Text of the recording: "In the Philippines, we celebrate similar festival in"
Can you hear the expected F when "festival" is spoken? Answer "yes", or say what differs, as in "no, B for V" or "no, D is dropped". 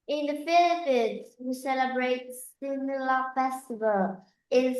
yes